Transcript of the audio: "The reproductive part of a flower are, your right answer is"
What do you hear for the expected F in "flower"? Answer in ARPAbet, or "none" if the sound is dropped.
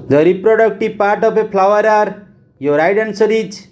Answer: P